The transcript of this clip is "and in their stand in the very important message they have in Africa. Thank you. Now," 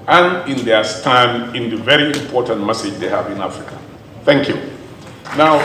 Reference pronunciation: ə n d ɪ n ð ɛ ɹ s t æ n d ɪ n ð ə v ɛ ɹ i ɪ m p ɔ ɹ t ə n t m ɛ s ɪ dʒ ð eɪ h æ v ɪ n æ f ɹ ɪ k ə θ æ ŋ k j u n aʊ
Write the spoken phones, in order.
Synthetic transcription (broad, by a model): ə n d ɪ n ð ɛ s t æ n ɪ n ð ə v ɛ ɹ i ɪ m p ɔ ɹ t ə n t m ɛ s ɪ dʒ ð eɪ h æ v ɪ n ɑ f ɹ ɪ k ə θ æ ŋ k j u n aʊ